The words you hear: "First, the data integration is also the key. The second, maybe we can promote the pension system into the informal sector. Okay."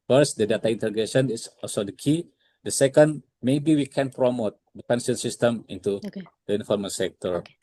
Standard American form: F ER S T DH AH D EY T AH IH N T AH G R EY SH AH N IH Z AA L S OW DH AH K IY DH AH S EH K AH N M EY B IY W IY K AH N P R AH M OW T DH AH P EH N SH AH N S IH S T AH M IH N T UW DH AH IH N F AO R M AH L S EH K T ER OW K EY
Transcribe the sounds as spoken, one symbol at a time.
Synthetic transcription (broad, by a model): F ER S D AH D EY T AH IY N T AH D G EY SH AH N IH S AA L S OW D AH K IY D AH S EH K AH N M EY B IY W IY K AH N P R AH M OW T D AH P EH N S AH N S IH S T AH M IH N T UW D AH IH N F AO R M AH S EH K T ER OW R